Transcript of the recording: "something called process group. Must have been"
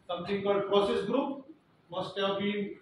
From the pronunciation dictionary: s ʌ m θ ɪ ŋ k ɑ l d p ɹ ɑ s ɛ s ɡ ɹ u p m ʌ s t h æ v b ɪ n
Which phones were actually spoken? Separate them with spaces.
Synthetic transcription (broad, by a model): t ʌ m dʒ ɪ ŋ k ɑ d p ɹ ɑ s ɛ s ɡ ɹ u p m ʌ s t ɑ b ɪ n